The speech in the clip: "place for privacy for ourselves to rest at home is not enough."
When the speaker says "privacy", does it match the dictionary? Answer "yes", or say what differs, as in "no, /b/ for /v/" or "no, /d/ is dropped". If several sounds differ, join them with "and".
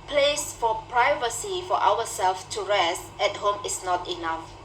yes